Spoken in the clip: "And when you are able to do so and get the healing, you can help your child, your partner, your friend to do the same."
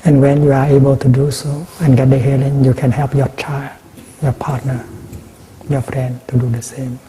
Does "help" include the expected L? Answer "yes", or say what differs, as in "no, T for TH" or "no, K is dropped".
yes